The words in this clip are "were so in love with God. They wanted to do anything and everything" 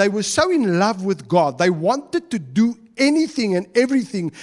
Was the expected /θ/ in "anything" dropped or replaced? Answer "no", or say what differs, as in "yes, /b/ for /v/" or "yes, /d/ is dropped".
no